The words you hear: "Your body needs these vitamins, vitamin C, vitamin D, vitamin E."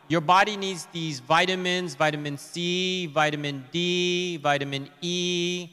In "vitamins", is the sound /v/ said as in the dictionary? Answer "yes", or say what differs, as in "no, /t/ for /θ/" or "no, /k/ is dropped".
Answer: yes